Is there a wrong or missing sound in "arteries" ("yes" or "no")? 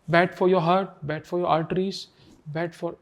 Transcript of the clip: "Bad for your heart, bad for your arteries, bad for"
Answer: yes